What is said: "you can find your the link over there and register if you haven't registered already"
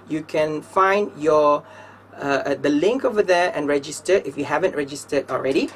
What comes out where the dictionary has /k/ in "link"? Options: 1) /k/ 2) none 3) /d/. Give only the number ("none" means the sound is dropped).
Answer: 1